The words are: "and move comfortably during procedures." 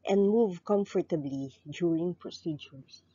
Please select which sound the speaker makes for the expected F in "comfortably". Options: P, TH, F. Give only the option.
F